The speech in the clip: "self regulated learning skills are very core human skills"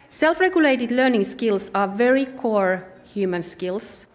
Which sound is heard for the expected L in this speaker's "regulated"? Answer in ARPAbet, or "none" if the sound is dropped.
L